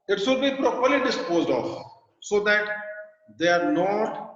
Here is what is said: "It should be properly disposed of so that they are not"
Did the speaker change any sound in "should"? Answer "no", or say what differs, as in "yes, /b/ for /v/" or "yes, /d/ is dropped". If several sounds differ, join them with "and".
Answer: yes, /s/ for /ʃ/